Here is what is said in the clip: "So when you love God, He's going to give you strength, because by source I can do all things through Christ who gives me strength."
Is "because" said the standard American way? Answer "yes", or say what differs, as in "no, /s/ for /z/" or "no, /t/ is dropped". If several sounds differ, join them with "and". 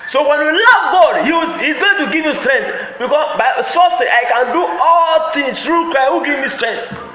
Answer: no, /z/ is dropped